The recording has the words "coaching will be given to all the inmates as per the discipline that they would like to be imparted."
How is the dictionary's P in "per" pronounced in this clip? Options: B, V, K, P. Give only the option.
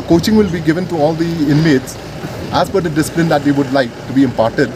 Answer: B